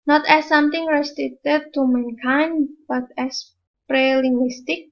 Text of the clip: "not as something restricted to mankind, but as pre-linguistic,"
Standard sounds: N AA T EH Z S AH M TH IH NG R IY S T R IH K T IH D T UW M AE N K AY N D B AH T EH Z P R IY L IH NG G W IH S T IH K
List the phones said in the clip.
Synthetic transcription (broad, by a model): N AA T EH S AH M T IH NG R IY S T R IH T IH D T UW M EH N K AY N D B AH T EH S P R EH L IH NG G W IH S T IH K